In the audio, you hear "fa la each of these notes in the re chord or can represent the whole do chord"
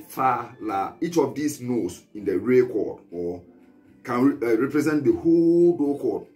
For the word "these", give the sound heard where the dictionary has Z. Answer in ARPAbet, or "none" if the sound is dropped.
S